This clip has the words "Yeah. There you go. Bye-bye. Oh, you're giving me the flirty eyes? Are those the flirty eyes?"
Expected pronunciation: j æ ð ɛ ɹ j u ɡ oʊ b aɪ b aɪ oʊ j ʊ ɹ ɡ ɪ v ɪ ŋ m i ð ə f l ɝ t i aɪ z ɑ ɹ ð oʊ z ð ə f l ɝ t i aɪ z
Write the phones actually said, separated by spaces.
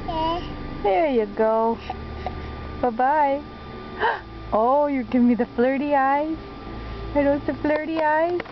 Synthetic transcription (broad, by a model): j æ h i ɹ j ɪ ɡ oʊ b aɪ b aɪ oʊ j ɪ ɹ ɡ ɪ v ɪ ŋ m i ð ə f l ɝ t i aɪ z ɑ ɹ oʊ s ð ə f l ɝ t i aɪ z